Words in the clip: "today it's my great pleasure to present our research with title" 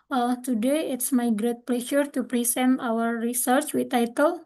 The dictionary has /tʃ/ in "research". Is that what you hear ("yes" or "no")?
yes